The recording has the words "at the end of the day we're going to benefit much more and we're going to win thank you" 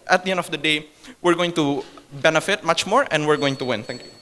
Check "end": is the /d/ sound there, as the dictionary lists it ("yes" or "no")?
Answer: yes